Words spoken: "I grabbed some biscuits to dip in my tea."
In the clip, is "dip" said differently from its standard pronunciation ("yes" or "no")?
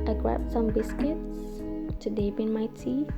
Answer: yes